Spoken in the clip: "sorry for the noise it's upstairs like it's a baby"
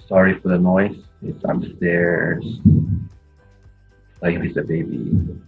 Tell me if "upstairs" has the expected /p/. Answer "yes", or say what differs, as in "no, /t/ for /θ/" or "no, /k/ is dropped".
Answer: no, /p/ is dropped